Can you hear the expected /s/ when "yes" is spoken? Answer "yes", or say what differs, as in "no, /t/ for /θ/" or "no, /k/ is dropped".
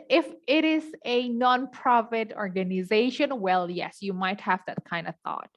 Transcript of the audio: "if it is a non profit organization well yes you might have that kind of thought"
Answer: yes